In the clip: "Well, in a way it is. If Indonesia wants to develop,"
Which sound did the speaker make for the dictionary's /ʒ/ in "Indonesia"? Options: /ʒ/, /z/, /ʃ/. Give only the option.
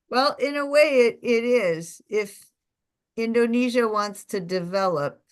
/ʒ/